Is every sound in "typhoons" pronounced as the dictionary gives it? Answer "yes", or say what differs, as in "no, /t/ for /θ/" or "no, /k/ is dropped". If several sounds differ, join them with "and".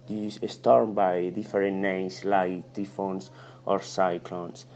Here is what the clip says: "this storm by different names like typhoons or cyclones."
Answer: no, /s/ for /z/